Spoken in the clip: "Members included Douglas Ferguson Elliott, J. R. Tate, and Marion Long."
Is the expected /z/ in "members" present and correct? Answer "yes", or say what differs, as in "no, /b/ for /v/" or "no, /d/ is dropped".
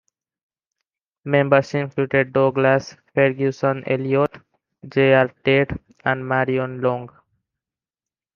no, /s/ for /z/